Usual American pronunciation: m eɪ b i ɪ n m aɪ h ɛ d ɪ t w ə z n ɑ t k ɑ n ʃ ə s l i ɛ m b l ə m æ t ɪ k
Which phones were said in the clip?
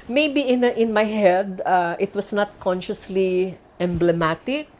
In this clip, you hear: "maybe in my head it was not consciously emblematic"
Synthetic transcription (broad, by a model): m eɪ b i ɪ n m aɪ h ɛ d ɪ t w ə s n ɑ t k ɑ n ʃ ə s l i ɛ m b l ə m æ t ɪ k